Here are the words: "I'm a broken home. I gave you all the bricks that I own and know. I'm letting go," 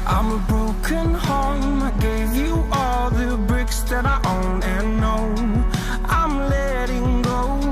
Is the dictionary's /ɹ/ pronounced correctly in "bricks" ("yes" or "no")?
yes